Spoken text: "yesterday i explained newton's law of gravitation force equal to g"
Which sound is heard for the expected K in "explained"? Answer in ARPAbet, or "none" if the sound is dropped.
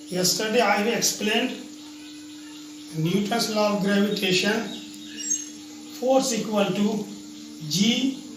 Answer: K